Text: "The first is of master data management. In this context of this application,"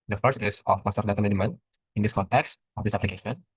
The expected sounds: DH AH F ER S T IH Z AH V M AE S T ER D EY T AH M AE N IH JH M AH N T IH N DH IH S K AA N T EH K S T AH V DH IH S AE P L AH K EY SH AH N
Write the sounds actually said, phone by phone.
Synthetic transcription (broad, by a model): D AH F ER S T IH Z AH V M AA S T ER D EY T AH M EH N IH M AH N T IH N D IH S K AA N T EH K S T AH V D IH S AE P L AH K EY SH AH N